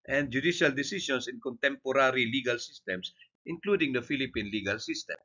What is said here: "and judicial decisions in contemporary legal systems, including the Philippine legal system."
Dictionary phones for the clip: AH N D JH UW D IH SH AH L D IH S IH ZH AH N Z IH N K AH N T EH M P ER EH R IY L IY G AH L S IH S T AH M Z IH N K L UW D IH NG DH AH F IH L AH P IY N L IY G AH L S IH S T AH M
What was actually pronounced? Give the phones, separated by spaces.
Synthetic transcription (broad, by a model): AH N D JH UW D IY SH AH L D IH S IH S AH N S IH N K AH N T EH M P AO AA R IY L IY G AH L S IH S T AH M S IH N K L UW D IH NG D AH F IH L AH P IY N L IY G AH L S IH S T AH M